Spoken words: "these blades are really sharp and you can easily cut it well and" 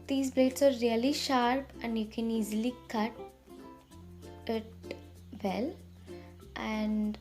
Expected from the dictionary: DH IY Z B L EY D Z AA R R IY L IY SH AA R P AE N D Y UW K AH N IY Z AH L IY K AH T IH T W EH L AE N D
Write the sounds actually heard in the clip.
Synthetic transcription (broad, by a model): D IY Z B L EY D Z AA R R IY L IY SH AA R P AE N D Y UW K AH N IY Z AH L IY K AH T IH T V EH L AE N D